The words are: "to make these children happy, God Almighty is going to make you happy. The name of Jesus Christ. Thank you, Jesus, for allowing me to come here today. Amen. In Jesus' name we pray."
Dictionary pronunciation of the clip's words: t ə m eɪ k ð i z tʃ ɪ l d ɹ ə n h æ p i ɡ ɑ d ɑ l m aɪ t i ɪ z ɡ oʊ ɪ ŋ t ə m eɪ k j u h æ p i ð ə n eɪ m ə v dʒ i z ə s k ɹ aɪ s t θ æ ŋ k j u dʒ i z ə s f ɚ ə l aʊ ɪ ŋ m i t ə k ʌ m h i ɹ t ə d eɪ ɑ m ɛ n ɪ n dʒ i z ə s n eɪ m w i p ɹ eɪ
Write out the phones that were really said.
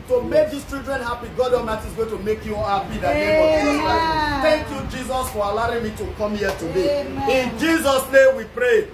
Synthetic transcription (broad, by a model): t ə m eɪ k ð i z tʃ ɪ l d ɹ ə n h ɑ p i ɡ ɑ d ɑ m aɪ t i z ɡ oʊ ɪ t ə m eɪ k j u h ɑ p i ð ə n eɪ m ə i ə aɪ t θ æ ŋ k j u dʒ i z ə s f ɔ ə l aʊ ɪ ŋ m i t ə k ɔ m h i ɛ t ə d eɪ ɪ n dʒ i z ə s n eɪ m w i p ɹ eɪ